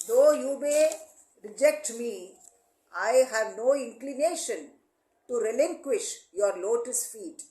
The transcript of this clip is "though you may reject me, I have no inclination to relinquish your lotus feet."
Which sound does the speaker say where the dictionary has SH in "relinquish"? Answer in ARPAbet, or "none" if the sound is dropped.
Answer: SH